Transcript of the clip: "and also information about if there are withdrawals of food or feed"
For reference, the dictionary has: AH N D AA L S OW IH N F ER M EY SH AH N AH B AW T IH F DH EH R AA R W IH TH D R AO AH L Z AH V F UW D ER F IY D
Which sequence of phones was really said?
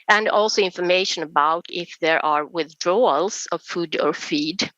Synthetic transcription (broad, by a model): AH N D AA L S OW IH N F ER M EY SH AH N AH B AW T IH F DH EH R AA R W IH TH D R AO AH L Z AH V F UW D ER F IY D